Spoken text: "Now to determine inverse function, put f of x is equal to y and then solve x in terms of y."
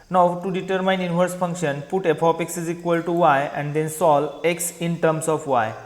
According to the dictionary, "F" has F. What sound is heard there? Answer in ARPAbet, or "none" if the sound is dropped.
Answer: P